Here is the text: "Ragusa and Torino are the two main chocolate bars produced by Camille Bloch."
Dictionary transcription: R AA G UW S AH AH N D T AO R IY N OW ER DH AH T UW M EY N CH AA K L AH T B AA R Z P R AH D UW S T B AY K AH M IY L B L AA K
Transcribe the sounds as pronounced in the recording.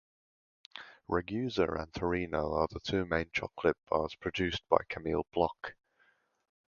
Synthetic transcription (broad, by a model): R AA G UW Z AH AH N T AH R IY N OW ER DH AH T UW M EY N CH AA K L AH T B AA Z P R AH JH UW S B AY K AH M IY L B L AA K